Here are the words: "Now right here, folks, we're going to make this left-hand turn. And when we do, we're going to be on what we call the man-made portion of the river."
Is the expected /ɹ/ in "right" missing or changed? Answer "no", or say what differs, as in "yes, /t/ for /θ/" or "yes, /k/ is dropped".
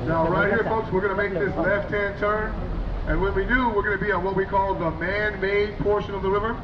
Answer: no